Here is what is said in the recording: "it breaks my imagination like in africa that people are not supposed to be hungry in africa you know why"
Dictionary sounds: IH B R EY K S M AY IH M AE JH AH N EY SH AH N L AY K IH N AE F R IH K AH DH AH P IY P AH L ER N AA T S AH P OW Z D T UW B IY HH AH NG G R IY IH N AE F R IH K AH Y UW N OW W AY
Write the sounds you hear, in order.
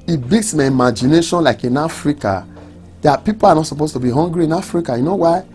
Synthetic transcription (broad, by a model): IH B EY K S M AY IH M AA JH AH N EY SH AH N L AY K IH N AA F R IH K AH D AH P IY P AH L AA N AA T S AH P OW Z T UW B IY HH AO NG G R IY IH N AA F R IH K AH Y UW N OW W AY